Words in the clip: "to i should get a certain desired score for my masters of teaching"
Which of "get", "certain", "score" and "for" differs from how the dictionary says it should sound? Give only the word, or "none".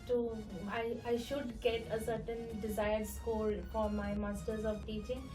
score